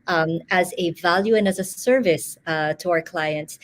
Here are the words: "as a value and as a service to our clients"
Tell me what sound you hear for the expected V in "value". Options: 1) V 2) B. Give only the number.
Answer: 1